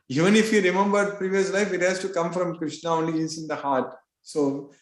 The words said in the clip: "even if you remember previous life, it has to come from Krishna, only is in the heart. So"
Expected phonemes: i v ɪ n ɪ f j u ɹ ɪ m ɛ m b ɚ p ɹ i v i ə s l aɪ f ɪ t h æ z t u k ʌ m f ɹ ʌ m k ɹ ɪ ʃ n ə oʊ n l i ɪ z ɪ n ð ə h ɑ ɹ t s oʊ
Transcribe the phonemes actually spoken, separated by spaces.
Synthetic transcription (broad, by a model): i v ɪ n ɪ f j u ɹ ɪ m ɛ m b ɚ p ɹ i v i ə s l aɪ f ɪ t h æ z t u k ʌ m f ɹ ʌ m k ɹ ɪ ʃ n ə oʊ n l i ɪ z ɪ n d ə h ɑ ɹ t s oʊ